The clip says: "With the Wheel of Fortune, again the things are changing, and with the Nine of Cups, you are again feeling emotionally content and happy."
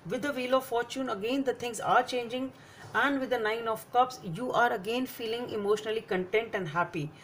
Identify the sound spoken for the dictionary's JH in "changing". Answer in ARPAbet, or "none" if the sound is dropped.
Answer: JH